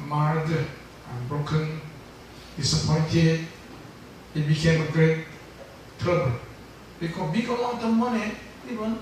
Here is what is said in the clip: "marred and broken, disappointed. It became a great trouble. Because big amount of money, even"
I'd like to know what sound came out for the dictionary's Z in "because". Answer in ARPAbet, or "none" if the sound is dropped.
none